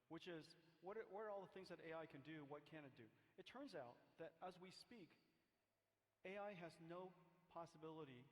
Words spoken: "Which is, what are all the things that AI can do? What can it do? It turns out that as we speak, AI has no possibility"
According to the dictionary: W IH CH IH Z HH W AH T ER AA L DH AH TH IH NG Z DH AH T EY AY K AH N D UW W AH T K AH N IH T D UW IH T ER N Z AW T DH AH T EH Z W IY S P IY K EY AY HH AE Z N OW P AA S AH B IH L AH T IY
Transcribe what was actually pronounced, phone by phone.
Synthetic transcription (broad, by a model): W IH CH IH Z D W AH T ER AA L DH AH TH IH NG Z DH AH T EY AY K AH N D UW W AH T K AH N IH T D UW IH T ER N Z AW T DH AH T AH Z W IY S P IY K EY AY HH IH Z N OW P AA S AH B IH L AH T IY